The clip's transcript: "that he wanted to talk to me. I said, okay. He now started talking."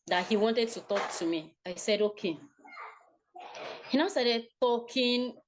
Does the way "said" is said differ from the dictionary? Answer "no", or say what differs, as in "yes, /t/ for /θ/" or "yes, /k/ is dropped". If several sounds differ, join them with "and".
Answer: no